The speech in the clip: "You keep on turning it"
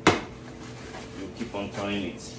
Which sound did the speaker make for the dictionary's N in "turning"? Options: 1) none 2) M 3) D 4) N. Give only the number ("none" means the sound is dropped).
1